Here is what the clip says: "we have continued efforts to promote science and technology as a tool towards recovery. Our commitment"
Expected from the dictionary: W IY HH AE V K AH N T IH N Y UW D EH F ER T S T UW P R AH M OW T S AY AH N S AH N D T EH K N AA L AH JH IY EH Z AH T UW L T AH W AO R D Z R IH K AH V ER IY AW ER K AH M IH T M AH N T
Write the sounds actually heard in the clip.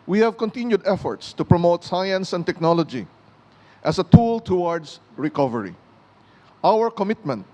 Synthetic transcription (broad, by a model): W IY HH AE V K AH N T IH N Y UW D EH F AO T S T UW P R AH M OW T S AY AH N S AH N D T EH K N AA L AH JH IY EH S AH T UW L T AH W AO R D S R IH K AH V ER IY AW ER K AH M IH T M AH N T